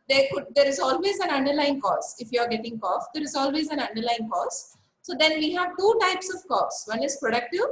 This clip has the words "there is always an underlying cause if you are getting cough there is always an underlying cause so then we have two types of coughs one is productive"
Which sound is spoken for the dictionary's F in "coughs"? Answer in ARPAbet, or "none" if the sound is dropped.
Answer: none